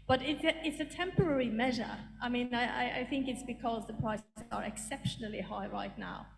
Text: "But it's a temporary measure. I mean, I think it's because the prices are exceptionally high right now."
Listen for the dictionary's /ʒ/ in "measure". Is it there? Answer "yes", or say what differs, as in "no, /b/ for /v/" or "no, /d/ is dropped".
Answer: yes